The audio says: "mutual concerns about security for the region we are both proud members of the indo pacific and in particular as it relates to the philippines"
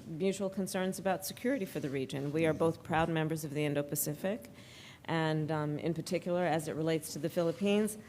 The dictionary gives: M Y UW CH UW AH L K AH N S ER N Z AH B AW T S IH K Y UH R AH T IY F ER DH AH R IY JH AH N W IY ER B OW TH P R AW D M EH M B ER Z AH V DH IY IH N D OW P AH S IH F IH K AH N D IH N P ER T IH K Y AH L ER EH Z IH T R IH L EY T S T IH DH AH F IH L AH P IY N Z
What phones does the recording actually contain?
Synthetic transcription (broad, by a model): M Y UW CH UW L K AH N S ER N Z AH B AW T S IH K Y UH R AH T IY F ER DH AH R IY JH AH N W IY ER B OW TH P R AW D M EH M B ER Z AH V DH IY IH N D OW P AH S IH F IH K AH N IH N P ER T IH K Y L ER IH Z IH T R IH L EY T S T IH DH AH F IH L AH P IY N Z